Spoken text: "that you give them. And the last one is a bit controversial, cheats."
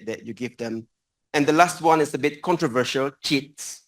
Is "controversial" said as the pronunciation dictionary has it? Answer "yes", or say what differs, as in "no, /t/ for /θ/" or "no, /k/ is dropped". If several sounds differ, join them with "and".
yes